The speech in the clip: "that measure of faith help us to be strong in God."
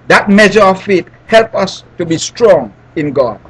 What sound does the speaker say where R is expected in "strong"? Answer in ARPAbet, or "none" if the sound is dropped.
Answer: R